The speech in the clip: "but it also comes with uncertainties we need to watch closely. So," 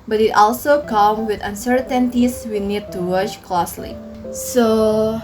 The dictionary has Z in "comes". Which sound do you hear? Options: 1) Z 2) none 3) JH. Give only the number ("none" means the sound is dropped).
2